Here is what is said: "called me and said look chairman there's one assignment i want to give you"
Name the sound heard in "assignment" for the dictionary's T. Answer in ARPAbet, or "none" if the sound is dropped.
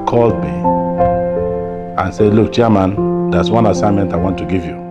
T